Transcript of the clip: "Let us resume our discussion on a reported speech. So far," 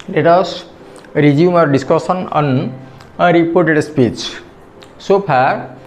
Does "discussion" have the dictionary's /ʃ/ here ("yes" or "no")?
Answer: no